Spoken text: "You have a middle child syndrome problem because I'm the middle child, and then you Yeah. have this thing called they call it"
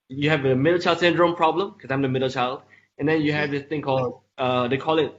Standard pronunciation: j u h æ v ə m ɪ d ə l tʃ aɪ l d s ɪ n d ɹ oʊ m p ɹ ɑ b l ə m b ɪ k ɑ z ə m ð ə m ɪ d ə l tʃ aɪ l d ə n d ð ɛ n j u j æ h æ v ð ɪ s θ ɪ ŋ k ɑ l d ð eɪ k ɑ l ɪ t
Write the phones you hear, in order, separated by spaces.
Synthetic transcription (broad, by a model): j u h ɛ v ə m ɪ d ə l tʃ aɪ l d s ɪ n d ɹ oʊ m p ɹ ɑ b l ə m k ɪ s ɑ ə m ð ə m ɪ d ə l tʃ aɪ l d ə n d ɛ n j u h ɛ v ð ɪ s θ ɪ ŋ k ɑ l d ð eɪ k ɑ l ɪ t